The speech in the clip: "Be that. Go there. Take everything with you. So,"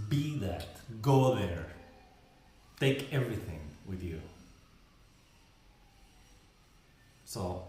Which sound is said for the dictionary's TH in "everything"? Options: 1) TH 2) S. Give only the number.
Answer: 1